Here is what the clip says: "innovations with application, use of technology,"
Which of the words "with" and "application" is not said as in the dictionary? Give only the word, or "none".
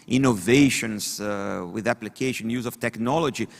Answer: none